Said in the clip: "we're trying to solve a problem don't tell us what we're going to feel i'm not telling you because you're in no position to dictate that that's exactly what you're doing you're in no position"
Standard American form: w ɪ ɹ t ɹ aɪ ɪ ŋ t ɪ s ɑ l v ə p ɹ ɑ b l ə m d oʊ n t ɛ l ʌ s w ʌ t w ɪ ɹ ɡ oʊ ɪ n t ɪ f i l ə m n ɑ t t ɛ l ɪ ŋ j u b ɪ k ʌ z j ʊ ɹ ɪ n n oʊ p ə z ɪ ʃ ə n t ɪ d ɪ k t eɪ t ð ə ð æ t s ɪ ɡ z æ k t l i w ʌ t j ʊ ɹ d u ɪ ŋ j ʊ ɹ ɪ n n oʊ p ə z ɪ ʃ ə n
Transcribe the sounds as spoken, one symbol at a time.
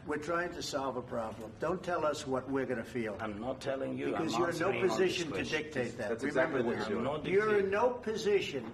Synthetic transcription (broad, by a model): w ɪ ɹ t ɹ aɪ ɪ ŋ t ɪ s ɑ l v ə p ɹ ɑ b l ə m d oʊ n t ɛ l ʌ s w ʌ t w ɪ ɹ ɡ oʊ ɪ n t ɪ f i l ə m n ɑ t t ɛ l ɪ ŋ j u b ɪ k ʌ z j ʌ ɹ ɪ n n oʊ p ə z ɪ ʃ ə n t ɪ d ɪ k t eɪ t ð ə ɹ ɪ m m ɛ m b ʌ ɹ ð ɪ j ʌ ɹ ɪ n n oʊ p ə z ɪ ʃ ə n